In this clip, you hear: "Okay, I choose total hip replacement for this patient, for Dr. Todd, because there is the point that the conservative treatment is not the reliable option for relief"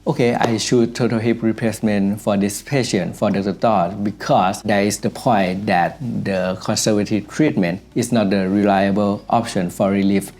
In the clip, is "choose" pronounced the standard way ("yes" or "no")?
no